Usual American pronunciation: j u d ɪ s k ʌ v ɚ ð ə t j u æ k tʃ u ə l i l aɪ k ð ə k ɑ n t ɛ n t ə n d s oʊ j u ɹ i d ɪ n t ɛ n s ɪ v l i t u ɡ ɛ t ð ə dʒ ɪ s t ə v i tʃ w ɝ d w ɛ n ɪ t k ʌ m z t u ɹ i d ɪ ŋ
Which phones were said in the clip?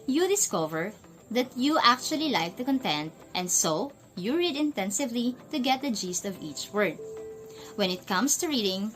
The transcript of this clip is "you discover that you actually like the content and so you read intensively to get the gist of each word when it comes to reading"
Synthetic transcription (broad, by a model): j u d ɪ s k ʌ v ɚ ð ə t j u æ k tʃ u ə l i l aɪ k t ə k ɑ n t ɛ n t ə n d s oʊ j u ɹ i d ɪ n t ɛ n s ɪ v l i t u ɡ ɛ t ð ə dʒ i s t ə v i tʃ w ɝ d w ɛ n ɪ t k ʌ m s t u ɹ i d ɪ ŋ